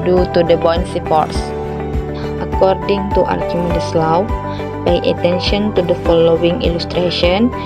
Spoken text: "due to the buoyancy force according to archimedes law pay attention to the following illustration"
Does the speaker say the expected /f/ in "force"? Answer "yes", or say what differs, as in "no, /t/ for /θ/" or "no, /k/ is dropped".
no, /p/ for /f/